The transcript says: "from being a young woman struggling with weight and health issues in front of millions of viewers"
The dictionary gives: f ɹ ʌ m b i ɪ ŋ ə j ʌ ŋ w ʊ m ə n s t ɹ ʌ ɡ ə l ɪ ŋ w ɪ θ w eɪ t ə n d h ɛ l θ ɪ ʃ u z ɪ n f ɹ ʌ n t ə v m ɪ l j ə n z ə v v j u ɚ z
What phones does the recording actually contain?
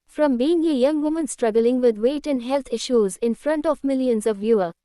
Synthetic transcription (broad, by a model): f ɹ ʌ m b i ɪ ŋ ə j ʌ ŋ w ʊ m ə n s t ɹ ʌ ɡ ə l ɪ ŋ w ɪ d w eɪ t ə n d h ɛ l t ɪ ʃ u z ɪ n f ɹ ʌ n t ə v m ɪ l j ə n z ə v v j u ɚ